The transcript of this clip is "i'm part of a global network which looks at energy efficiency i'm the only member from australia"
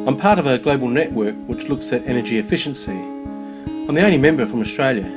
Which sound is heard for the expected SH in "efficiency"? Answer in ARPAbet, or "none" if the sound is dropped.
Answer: SH